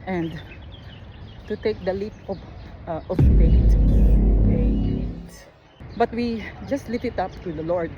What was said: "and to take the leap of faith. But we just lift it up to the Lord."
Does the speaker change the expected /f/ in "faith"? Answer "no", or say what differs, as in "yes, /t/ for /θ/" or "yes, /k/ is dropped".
yes, /p/ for /f/